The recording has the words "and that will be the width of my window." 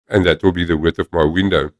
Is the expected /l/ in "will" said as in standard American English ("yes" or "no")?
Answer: yes